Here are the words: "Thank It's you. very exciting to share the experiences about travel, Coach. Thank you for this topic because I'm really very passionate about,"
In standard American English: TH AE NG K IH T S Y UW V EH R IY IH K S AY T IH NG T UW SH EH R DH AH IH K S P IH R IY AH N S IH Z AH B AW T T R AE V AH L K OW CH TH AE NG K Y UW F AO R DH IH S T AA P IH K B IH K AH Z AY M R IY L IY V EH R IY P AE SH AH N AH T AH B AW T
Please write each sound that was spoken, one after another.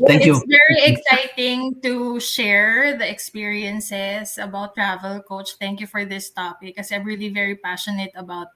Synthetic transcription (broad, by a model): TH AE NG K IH Y UW V EH R IY IH K S AY T IH NG T UW SH EH R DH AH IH K S P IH R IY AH N S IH S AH B AW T T R AE V AH L K OW CH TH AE NG K Y UW F AO R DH IH S T AA P IH K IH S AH AY M R IY L IY V EH R IY P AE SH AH N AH T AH B AW T